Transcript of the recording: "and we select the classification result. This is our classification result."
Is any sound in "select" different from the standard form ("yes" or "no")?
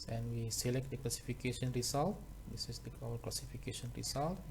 no